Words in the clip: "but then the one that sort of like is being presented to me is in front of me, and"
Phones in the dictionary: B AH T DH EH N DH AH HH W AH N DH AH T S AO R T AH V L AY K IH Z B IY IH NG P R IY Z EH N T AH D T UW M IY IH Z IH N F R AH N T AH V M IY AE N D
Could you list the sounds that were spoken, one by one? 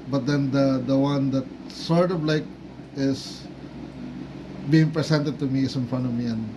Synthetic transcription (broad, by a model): B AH T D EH N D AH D W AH N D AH T S AO R T AH V L AY K IH S B IY IH NG P R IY S EH N T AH D T UW M IY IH S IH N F AH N AH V M IY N